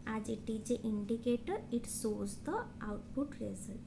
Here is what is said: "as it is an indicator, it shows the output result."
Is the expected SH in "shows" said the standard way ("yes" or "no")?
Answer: no